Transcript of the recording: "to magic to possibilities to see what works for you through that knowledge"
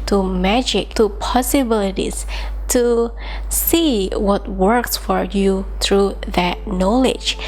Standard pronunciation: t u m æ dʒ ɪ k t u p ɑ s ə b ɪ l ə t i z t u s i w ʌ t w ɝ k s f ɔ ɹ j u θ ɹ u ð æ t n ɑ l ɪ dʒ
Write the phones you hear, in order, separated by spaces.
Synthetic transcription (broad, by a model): t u m æ dʒ ɪ k t u p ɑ s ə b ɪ l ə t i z t u s i w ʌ t w ɝ k s f ɔ ɹ j u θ ɹ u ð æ t n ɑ l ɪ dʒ